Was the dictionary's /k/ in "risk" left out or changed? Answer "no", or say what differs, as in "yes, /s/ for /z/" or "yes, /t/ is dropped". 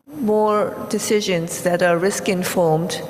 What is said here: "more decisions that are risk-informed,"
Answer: no